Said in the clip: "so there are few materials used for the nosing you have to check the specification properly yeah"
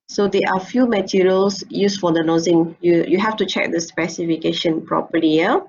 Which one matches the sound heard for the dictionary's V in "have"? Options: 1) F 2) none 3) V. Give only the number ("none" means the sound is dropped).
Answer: 1